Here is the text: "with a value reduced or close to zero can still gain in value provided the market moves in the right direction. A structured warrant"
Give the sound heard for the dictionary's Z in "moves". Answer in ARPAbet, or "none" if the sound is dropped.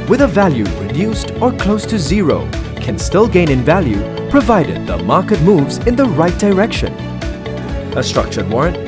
Z